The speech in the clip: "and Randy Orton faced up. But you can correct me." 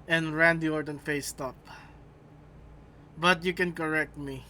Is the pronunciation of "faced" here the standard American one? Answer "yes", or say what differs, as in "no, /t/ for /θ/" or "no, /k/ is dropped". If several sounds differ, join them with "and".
yes